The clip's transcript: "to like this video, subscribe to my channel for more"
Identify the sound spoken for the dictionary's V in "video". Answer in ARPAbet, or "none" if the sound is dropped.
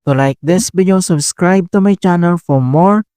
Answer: B